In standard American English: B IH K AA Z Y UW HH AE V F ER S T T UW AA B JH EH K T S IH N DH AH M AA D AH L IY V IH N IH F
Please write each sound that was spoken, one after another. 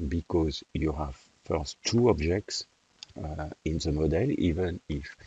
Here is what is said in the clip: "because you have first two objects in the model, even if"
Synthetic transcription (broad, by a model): B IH K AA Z Y UW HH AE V F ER S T T UW AA B JH EH K T S IH N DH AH M AA D AH L IY V IH N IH F